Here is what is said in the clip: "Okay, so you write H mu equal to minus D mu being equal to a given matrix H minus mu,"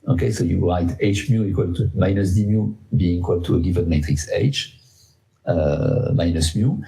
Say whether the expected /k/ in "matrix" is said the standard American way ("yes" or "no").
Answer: yes